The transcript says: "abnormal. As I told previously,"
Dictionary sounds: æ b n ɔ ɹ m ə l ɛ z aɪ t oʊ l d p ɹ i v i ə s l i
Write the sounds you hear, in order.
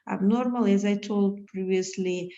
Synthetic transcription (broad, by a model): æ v n ɔ ɹ m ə l ɛ z aɪ t oʊ l d p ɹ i v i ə s l i